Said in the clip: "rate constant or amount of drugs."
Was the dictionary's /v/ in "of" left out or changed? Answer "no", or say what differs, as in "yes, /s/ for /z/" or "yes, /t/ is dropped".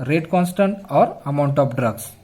yes, /p/ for /v/